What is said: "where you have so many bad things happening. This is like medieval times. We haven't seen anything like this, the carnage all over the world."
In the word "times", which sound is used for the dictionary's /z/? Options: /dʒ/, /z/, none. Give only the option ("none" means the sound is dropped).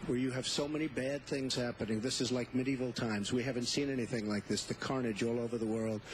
/z/